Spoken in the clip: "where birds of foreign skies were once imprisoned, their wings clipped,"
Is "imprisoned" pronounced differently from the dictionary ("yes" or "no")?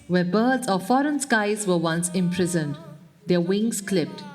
no